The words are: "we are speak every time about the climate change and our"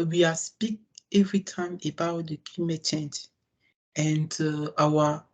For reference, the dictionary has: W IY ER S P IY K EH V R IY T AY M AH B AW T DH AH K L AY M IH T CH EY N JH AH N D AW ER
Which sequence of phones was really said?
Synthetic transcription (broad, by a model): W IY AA S P IY K EH V R IY T AY M AH B AW T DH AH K IY M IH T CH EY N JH AH N D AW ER